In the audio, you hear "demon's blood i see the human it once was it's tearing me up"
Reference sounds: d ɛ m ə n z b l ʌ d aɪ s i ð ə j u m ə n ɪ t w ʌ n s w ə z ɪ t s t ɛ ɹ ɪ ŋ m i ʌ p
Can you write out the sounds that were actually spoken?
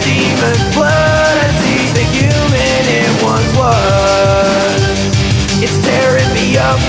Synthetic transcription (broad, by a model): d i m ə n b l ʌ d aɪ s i ð ə j u m ə n ɪ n w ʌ n w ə ɪ t s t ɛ ɹ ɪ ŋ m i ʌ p